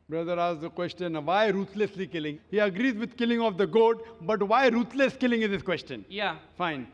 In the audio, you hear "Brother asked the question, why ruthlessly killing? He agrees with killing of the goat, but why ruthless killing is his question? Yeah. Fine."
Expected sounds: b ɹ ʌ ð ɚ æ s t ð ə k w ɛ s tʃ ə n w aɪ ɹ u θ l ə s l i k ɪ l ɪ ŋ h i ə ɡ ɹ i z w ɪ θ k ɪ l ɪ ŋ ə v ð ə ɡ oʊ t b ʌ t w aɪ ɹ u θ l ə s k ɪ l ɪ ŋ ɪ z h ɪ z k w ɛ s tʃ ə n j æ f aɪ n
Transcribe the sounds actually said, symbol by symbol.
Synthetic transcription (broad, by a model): b ɹ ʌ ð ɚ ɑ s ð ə k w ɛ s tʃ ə n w aɪ ɹ u t l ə s l i k ɪ l ɪ ŋ h i ə ɡ ɹ i z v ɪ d k ɪ l ɪ ŋ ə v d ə ɡ oʊ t b ʌ t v aɪ ɹ u t l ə s k ɪ l ɪ ŋ ɪ z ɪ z k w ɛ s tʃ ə n j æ f aɪ n